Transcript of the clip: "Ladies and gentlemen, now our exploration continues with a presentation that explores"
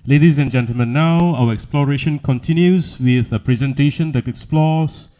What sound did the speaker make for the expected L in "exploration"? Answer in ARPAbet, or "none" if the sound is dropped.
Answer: L